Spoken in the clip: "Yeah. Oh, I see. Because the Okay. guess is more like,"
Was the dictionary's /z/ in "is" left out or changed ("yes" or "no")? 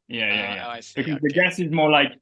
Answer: no